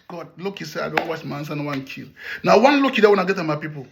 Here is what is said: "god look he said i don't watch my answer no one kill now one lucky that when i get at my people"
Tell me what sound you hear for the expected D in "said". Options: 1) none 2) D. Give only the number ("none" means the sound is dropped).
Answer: 1